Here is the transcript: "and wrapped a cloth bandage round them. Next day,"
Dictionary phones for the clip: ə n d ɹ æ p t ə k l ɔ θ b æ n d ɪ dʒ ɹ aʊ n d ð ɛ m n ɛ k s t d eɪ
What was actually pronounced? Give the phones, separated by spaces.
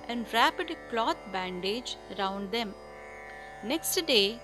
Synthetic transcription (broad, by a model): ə n d ɹ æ p ə k l ɔ t b æ n d ɪ dʒ ɹ aʊ n d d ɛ m n ɛ k s t d eɪ